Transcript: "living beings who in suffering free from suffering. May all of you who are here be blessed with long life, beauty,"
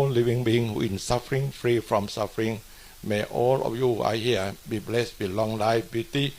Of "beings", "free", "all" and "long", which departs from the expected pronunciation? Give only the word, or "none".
beings